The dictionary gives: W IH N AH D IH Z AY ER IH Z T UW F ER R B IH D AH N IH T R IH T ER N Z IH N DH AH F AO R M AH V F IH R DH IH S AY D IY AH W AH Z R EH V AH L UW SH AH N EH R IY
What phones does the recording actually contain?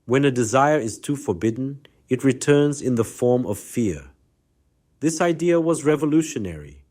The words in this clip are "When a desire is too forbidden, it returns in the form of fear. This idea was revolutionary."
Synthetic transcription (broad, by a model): W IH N AH D IH Z AY ER IH Z T UW F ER R B IH D N IH T R IH T ER N Z IH N DH AH F AO R M AH V F IH R DH IH S AY D IY AH W AH Z R EH V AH L UW SH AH N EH R IY